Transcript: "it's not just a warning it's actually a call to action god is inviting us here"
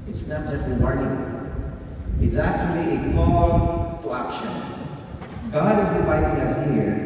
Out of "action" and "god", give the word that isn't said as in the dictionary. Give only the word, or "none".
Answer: none